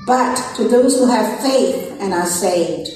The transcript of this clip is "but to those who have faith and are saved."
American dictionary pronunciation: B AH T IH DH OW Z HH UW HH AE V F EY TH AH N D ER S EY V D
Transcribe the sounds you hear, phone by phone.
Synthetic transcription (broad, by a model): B AH T IH DH OW Z HH UW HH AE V F EY TH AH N ER S EY V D